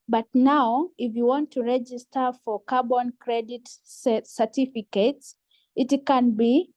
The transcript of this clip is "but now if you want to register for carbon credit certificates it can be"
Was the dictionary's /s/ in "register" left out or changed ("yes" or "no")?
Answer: no